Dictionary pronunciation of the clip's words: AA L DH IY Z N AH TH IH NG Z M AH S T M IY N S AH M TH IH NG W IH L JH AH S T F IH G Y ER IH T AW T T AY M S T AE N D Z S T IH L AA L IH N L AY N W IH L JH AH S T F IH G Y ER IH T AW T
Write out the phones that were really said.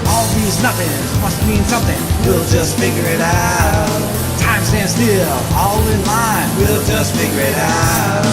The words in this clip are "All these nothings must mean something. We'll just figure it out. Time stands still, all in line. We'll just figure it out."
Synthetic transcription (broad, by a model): AA L DH IY Z N AH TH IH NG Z M AH S T M IY N S AH M TH IH NG W IH L JH AH S T F IH G Y ER IH T AW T T AY M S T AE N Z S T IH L AA L IH N L AY N W IH L JH AH S T F IH G Y ER IH T AW T